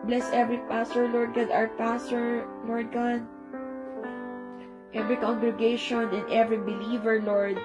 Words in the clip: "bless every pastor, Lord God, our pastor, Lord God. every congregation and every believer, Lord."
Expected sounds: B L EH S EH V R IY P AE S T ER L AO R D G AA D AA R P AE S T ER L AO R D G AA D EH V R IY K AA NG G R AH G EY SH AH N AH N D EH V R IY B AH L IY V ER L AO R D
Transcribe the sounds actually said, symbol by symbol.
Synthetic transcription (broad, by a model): B L EH S EH V R IY P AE S T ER L AO R D G AA D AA W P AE S T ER L AO R D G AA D EH V R IY K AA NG G R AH G EY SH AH N AH N D EH V R IY B AH L IY V ER L AO R D